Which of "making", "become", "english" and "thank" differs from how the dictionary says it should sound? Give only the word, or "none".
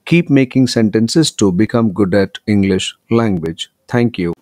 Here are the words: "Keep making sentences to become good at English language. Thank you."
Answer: thank